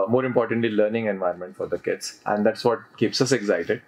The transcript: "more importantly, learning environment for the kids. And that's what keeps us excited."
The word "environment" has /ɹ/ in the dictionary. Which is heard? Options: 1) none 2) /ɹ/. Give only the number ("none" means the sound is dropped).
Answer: 1